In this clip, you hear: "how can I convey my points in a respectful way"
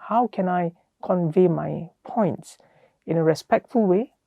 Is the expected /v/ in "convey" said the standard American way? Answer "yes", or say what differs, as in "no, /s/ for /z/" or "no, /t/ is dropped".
yes